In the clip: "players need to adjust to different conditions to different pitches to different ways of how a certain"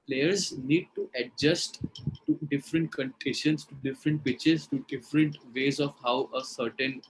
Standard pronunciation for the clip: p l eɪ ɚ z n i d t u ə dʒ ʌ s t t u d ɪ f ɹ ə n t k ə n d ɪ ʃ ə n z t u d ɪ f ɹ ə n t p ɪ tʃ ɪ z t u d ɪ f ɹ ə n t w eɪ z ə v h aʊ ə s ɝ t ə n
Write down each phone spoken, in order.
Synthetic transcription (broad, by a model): p l eɪ ɚ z n i d t u ə dʒ ʌ s t t u d ɪ f ɹ ə n t k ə n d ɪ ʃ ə n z t u d ɪ f ɹ ə n t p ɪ tʃ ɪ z t u d ɪ f ɹ ə n t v eɪ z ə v h aʊ ə s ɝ t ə n